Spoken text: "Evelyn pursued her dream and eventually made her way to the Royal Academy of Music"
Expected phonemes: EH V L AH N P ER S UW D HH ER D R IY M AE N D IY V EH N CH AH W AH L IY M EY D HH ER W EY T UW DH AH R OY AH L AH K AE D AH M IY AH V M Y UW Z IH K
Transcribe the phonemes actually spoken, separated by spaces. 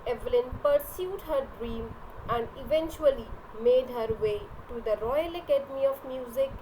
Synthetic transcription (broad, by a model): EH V L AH N P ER S UW D HH ER D R IY M AE N D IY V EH N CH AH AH L IY M EY D HH ER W EY T UW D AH R OY AH L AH K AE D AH M IY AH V M Y UW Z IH K